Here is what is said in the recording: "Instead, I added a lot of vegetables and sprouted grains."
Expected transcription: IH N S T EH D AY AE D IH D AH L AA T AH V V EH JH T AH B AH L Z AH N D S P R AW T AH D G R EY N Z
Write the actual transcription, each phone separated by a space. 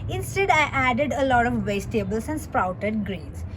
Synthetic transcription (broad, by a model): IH N S T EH D AY AE D IH D AH L AA T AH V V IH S T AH B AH L S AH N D S P R AW T AH D G R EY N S